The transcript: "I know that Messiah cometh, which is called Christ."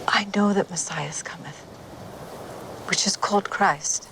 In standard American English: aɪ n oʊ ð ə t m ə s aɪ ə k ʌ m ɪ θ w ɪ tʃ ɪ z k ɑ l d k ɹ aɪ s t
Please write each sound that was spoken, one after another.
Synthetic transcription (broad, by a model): aɪ n oʊ ð ə t m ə s aɪ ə k ʌ m ɪ θ w ɪ tʃ ɪ z k ɑ l d k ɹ aɪ s t